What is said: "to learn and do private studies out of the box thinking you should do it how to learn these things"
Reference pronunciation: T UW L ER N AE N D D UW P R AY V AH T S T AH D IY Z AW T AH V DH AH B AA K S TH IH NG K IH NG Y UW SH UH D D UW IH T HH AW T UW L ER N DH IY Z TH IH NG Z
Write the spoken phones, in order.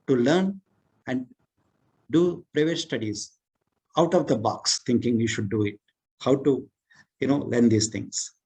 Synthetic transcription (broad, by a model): T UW L ER N AE N D D UW P R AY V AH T S T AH D IY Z AW T AH V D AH B AA K S T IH NG K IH NG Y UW SH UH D D UW IH T HH AW T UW L ER N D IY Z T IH NG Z